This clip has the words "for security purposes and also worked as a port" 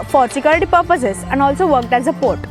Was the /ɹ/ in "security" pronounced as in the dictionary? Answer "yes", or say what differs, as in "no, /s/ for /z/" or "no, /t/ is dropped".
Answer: no, /l/ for /ɹ/